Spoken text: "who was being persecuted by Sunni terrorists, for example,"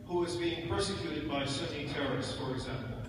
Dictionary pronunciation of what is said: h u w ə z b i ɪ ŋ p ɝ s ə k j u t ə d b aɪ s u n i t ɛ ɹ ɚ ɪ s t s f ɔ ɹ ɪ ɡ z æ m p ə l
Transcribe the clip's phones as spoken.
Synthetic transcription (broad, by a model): h u w ə z b i ɪ ŋ p ɝ s ə k j u t ə d b aɪ s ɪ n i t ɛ ɹ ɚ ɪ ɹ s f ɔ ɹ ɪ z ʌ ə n